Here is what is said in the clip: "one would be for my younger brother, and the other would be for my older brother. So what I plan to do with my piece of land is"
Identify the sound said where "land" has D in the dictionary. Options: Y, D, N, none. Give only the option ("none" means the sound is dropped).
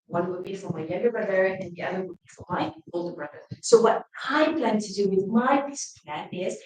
none